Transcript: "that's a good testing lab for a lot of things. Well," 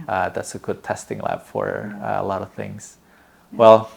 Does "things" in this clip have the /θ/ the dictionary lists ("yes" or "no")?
yes